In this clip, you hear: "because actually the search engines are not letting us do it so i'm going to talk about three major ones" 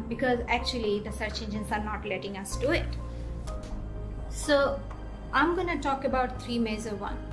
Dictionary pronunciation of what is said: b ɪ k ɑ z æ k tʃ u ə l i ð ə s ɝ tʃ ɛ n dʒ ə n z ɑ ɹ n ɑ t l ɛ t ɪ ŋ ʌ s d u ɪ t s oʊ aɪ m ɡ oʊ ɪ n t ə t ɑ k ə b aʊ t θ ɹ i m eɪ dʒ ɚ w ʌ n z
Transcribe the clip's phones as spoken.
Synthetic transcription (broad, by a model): b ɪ k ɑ z æ k tʃ u ə l i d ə s ɝ tʃ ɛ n dʒ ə n s ɑ ɹ n ɑ t l ɛ t ɪ ŋ ʌ s d u ɪ t s oʊ aɪ m ɡ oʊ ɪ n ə t ɑ k ə b aʊ t t ɹ i m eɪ z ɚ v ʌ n